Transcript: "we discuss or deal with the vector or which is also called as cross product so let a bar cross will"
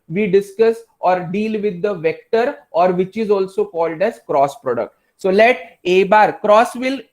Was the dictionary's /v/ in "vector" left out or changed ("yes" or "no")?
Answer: no